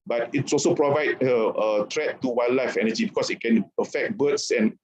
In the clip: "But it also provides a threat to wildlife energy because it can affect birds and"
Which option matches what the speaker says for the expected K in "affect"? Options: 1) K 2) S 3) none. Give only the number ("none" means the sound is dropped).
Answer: 1